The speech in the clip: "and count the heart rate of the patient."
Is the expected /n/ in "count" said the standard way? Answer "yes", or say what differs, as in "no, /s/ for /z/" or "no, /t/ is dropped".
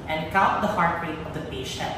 no, /n/ is dropped